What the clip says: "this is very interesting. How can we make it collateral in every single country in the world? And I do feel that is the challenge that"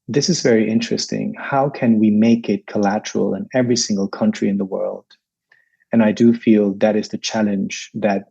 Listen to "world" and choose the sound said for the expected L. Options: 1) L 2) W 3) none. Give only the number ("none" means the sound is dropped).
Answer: 1